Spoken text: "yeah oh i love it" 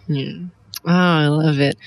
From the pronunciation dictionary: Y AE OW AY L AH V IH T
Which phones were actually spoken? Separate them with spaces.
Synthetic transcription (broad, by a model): OW AY L AH V IH T